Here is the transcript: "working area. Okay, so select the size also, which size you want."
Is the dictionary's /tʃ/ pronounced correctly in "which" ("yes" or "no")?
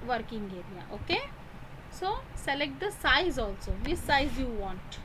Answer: no